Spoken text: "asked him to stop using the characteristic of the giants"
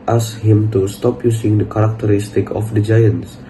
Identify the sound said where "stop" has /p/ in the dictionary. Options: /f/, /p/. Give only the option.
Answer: /p/